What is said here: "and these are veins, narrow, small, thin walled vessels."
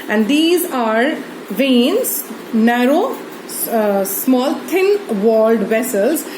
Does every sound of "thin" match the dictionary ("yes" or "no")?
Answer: no